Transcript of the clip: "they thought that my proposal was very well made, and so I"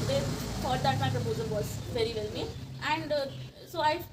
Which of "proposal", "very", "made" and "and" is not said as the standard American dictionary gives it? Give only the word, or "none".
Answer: made